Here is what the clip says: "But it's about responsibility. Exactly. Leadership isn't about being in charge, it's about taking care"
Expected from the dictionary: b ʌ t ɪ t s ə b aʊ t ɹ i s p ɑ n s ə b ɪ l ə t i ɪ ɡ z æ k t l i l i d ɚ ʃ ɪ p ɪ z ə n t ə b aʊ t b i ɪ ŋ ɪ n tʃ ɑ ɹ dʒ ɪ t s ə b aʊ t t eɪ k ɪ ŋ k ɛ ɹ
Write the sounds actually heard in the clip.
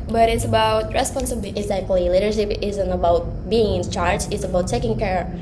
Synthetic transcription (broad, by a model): b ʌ t ɪ t s ə b aʊ t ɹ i s p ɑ n s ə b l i ɪ ɡ z æ k t l i l i d ɚ ʃ ɪ p ɪ z ə n t ə b aʊ t b i ɪ ŋ ɪ n tʃ ɑ ɹ dʒ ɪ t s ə b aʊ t t eɪ k ɪ ŋ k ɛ ɹ